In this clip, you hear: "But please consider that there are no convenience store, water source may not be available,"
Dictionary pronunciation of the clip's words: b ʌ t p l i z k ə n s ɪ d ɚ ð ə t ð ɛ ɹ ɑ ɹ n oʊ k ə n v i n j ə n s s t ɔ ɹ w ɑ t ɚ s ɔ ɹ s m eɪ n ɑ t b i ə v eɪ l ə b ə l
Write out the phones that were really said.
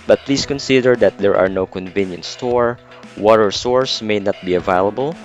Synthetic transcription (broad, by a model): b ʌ t p l i s k ə n s ɪ d ɚ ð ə t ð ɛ ɹ ɑ ɹ n oʊ k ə n v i n j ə n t s t ɔ ɹ w ɑ t ɚ s ɔ ɹ s m eɪ n ɑ t b i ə v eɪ l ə b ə l